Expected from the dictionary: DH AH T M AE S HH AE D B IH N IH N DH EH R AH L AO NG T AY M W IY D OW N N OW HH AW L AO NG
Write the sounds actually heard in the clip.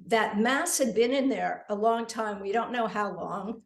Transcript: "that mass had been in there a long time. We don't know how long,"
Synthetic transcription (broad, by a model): DH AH T M AE S HH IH D B IH N IH N DH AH R AH L AO NG T AY M W IY D OW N N OW HH AW L AO NG